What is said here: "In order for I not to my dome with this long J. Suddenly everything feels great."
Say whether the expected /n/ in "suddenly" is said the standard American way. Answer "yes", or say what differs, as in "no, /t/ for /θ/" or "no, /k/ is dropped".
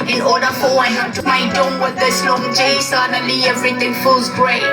no, /n/ is dropped